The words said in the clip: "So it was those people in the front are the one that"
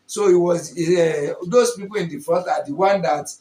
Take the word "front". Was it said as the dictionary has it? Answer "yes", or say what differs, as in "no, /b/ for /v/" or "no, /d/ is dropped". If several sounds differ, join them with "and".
no, /ɹ/ is dropped and /n/ is dropped